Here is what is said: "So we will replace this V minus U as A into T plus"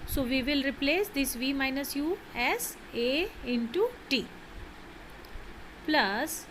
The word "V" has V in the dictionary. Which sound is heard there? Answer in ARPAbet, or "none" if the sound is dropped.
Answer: V